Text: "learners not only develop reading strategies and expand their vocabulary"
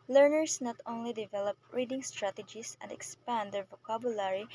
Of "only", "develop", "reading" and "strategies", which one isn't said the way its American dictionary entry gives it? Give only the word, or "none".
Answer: strategies